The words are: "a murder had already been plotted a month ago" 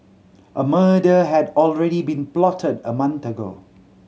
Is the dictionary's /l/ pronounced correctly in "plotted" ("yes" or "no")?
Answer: yes